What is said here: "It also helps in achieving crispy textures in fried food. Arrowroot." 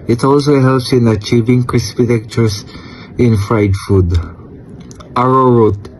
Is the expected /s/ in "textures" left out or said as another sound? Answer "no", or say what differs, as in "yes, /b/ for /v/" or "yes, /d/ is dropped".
yes, /s/ is dropped